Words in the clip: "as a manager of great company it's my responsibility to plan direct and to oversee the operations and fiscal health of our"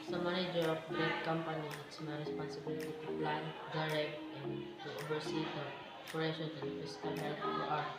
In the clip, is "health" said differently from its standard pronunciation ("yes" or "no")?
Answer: yes